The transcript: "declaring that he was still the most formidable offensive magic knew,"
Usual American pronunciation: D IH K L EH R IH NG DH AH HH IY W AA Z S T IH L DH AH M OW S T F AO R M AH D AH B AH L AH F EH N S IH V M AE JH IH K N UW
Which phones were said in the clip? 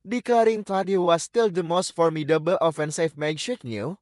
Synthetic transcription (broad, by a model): D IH K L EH R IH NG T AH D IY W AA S T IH L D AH M OW S T F AO R M AH D AH B AH L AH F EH N S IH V M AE SH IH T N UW